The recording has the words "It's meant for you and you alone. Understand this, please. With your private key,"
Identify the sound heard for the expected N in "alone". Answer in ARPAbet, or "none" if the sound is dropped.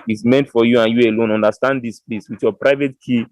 N